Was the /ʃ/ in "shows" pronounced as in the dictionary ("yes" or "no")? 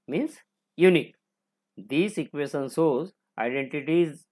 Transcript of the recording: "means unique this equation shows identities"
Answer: no